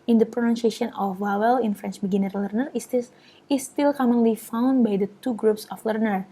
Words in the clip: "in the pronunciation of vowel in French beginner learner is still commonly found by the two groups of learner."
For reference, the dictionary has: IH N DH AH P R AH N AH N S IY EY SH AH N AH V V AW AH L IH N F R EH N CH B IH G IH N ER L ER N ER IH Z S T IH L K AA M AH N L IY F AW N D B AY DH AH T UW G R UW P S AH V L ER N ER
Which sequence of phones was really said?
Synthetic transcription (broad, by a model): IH N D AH P R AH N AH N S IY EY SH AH N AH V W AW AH L IH N F R EH N CH B IH G IH N ER L ER N ER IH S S T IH L K AA M AH N L IY F AW N D B AY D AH T UW G R UW P S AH F L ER N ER